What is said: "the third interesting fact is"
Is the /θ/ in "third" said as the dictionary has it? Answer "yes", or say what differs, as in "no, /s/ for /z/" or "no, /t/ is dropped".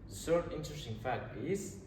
no, /s/ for /θ/